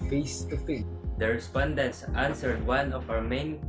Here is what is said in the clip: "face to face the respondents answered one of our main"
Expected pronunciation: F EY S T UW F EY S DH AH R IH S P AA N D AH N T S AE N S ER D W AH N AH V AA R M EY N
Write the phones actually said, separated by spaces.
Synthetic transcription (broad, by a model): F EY S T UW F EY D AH R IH S P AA N D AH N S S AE N S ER D W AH N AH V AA W M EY N